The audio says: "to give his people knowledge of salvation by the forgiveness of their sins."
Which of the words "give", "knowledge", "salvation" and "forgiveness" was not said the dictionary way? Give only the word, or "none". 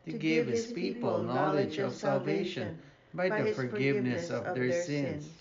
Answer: none